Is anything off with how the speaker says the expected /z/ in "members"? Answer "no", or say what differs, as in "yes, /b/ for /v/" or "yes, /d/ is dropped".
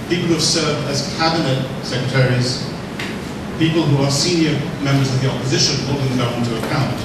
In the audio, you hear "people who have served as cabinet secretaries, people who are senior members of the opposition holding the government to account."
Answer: no